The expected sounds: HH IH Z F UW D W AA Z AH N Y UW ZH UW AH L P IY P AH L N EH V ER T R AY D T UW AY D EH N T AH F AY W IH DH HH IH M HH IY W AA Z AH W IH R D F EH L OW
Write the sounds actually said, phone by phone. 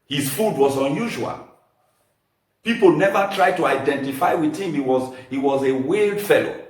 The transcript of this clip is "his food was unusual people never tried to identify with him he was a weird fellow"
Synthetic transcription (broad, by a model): HH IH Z F UW D W AA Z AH N Y UW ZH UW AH L P IY P AH L N EH V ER T R AY D T UW AY D EH N T AH F AY W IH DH HH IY M HH IY W AA Z AH W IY L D F EH L OW